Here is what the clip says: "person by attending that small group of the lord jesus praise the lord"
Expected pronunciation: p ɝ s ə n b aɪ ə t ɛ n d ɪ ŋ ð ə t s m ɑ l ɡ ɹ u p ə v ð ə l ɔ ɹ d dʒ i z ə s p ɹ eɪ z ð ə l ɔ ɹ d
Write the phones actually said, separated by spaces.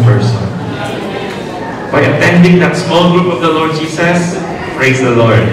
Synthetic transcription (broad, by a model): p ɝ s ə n b aɪ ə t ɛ n d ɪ ŋ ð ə t s m ɑ l ɡ ɹ u p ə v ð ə l ɔ ɹ d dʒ i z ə s p ɹ eɪ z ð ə l ɔ ɹ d